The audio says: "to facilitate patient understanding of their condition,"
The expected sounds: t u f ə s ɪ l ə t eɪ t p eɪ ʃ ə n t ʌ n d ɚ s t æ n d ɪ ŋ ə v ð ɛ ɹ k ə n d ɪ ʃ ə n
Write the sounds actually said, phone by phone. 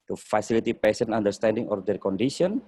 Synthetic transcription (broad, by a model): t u f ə s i l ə t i p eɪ s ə n ɑ n d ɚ s t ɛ n d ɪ ŋ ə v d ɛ ɹ k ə n d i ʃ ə n